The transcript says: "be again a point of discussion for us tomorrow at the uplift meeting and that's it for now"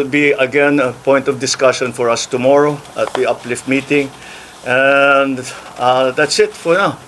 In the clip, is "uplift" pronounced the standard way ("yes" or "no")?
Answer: yes